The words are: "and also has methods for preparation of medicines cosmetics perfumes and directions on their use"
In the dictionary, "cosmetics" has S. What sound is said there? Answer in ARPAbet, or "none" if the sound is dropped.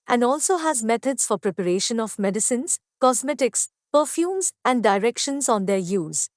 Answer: S